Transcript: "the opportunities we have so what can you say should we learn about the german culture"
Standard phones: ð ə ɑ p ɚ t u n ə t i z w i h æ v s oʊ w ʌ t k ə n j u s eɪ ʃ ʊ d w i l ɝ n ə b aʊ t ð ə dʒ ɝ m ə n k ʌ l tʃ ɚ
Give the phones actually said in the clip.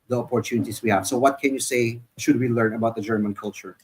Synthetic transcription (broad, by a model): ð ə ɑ p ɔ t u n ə t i s w i h æ v s oʊ w ʌ t k ə n j u s eɪ ʃ ʊ d w i l ɝ n ə b aʊ t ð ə dʒ ɝ m ə n k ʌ l tʃ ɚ